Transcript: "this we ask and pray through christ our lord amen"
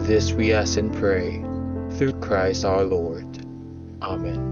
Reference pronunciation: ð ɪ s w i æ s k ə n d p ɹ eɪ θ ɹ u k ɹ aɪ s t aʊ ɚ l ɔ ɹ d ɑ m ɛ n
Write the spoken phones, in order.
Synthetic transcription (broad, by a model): ð ɪ s w i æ s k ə n p ɹ eɪ θ ɹ u k ɹ aɪ s t aʊ ɚ l ɔ ɹ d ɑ m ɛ n